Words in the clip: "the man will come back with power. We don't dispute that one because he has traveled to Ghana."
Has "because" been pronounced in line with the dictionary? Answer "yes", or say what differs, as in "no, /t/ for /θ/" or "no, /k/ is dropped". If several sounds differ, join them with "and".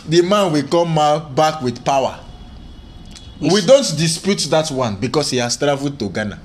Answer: no, /s/ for /z/